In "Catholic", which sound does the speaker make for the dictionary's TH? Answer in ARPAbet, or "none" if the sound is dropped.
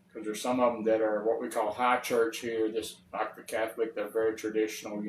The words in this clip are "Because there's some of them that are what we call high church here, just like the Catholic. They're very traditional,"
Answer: TH